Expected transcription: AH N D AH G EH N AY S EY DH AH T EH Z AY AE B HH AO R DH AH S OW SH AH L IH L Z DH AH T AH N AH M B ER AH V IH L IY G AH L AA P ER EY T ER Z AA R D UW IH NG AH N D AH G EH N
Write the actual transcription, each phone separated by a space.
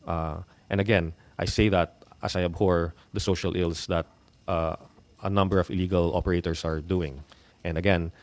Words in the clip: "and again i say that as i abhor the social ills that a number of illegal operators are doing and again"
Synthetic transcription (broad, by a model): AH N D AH G EH N AY S EY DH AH T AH S AY AE B HH AO R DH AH S OW SH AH L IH L S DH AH T AH N AH M B ER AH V IH L IY G AH L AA P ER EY T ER S AA R D UW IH NG AH N D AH G EH N